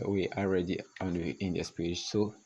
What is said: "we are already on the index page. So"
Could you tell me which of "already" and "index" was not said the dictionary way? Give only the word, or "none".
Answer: index